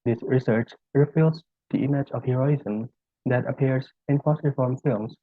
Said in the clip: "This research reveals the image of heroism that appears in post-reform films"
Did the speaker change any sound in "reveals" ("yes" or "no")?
yes